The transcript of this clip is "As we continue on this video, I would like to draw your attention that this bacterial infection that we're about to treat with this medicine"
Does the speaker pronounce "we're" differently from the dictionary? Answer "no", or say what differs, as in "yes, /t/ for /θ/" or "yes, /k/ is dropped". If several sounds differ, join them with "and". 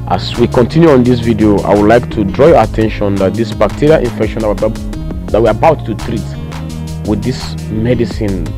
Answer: yes, /w/ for /ɹ/